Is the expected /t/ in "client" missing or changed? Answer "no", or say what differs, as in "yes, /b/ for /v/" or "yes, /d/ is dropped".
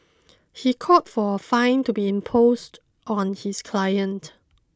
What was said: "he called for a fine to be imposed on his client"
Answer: no